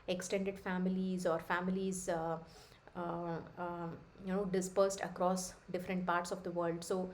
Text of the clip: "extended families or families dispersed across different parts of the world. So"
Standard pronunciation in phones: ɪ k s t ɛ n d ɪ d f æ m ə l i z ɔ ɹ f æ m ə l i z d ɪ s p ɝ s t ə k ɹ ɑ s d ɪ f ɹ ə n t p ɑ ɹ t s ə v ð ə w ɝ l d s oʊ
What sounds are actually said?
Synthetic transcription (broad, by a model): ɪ k s t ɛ n d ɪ d f æ m ə l i z ɔ ɹ f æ m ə l i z d ɪ s p ɝ s t ə k ɹ ɑ s d ɪ f ɹ ə n t p ɑ ɹ t s ə v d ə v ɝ l d s oʊ